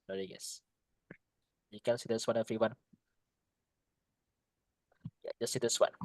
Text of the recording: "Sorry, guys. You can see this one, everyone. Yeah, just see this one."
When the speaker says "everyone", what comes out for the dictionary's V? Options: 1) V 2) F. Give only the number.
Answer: 2